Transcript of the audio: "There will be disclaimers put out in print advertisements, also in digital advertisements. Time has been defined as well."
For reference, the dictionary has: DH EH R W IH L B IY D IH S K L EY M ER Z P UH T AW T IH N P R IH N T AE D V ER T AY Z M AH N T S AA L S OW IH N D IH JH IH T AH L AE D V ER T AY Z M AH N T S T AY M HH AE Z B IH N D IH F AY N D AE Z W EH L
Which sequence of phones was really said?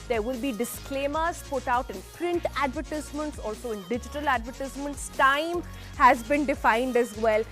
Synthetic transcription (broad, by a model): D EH R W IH L B IY D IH S K L EY M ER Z P UH T AW T IH N P R IH N T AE D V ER T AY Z M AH N T S AA L S OW IH N D IH JH IH T AH L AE D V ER T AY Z M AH N T S T AY M HH AE Z B IH N D IH F AY N D AE Z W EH L